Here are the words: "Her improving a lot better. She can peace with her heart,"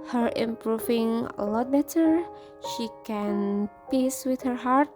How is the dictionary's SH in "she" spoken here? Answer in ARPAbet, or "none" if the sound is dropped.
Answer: SH